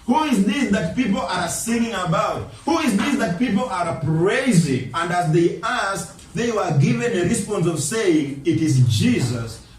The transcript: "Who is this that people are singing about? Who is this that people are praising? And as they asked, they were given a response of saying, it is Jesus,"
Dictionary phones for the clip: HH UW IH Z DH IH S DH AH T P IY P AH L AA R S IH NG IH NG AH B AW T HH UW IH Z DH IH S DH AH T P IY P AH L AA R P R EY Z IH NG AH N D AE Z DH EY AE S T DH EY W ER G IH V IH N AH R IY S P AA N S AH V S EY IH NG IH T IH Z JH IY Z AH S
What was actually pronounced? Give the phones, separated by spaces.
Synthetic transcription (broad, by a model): HH UW IH Z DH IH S DH AH T P IY P L AA R S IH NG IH NG AH B AW T HH UW IH Z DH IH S DH AH T P IY P L AA R P R EY Z IH NG AH N D AE Z DH EY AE S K DH EY W ER G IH V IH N AH R IY S P AA N S AH V S EY IH NG IH T IH Z JH IY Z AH S